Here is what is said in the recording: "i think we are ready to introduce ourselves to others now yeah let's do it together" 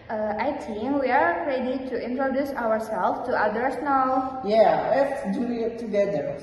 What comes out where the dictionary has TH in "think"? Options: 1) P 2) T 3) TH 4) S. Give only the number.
2